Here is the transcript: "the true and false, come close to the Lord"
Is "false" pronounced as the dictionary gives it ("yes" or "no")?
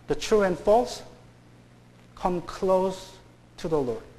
yes